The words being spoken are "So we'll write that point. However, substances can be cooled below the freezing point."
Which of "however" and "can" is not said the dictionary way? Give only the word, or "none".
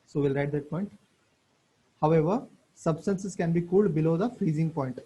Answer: none